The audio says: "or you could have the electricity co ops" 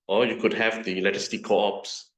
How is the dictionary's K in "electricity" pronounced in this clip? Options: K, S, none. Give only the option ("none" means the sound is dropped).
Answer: none